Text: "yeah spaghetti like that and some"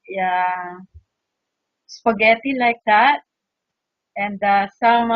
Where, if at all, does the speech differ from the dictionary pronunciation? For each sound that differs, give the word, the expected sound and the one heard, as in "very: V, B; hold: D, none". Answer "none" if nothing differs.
spaghetti: P, F